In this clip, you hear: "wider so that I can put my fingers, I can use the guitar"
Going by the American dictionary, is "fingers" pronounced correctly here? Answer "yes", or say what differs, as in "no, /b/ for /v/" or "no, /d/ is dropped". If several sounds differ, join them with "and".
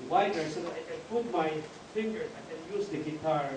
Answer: no, /s/ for /z/